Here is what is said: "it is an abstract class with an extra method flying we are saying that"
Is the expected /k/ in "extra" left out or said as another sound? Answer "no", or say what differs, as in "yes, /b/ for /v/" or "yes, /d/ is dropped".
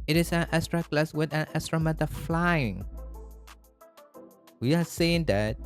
yes, /k/ is dropped